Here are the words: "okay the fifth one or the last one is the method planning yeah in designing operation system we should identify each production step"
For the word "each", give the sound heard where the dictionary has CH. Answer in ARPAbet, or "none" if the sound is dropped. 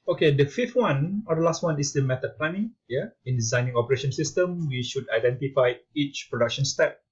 CH